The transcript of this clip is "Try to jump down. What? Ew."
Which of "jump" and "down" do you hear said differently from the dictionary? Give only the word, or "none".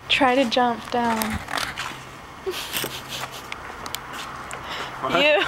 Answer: none